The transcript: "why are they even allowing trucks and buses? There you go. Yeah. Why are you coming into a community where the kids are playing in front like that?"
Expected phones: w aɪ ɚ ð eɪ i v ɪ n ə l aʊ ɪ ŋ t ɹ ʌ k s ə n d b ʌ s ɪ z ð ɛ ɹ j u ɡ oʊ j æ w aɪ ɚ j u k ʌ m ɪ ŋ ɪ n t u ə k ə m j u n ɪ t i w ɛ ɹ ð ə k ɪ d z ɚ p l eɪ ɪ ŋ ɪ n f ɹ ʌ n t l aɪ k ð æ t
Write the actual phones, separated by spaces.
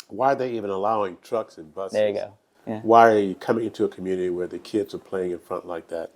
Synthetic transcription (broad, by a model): w aɪ ɚ ð eɪ i v ɪ n ə l aʊ ɪ ŋ t ɹ ʌ k s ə n b ʌ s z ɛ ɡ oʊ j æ w aɪ ɚ j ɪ k ʌ m ɪ ŋ ɪ n t u ə k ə m j u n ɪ t i w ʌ ɹ ð ə k ɪ d z ɚ p l eɪ ɪ ŋ ɪ n f ɹ ʌ n t l aɪ k ð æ t